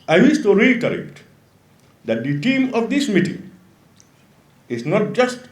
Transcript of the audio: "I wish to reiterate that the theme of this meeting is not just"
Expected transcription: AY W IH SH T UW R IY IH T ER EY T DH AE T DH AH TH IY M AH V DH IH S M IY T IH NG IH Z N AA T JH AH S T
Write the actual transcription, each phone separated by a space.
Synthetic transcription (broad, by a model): AY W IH S T UW R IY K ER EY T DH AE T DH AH T IY M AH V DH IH S M IY T IH NG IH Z N AA T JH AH S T